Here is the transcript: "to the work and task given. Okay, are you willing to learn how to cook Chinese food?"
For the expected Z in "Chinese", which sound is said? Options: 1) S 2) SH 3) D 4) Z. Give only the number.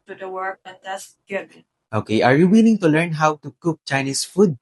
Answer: 1